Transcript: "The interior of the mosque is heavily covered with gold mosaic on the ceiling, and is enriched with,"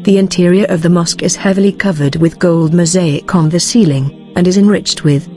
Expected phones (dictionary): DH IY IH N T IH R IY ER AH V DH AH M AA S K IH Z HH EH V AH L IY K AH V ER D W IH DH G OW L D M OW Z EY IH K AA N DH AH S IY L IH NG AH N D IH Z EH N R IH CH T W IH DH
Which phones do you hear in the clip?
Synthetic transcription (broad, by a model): DH IY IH N T IH R IY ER AH V DH AH M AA S K IH Z HH EH V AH L IY K AH V ER D W IH DH G OW L D M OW Z EY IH K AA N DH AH S IY L IH NG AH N IH Z EH N R IH CH T W IH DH